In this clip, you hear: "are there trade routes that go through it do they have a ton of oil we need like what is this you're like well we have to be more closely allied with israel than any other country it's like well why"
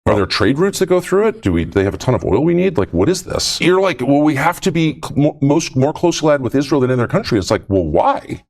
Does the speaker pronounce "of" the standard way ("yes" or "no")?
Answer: yes